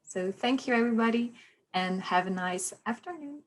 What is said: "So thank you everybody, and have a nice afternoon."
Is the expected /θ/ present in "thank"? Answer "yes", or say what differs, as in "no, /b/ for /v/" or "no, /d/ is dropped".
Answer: yes